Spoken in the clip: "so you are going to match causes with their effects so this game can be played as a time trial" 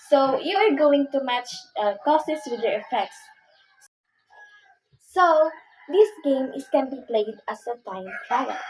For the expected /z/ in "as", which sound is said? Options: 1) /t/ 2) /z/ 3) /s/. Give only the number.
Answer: 3